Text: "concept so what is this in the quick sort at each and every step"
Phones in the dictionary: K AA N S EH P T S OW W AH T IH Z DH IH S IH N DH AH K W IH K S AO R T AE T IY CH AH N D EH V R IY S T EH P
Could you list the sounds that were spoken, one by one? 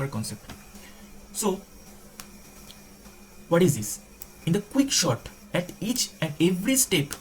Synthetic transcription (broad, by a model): K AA N S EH P T S OW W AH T IH Z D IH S IH N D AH K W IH K SH AO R T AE T IY CH AH N D EH V R IY S T EH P